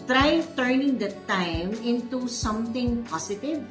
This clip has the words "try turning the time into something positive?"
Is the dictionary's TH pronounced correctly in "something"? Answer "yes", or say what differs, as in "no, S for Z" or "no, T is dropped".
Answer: no, T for TH